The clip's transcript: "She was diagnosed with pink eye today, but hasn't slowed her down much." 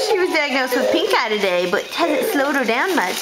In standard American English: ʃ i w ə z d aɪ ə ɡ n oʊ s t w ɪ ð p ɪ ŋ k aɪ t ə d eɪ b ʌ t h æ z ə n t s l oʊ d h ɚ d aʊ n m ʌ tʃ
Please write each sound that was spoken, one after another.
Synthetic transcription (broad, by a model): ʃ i w ə z d aɪ ə ɡ n oʊ s t w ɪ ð p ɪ ŋ k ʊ t ə d eɪ b ʌ t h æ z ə t s l oʊ d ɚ d aʊ n m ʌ tʃ